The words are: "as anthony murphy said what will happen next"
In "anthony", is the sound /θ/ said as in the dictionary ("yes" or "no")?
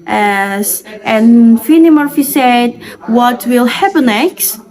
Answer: no